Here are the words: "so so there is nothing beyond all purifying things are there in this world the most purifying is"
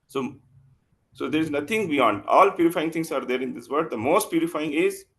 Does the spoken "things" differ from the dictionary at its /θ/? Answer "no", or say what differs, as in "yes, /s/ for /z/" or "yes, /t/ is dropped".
yes, /t/ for /θ/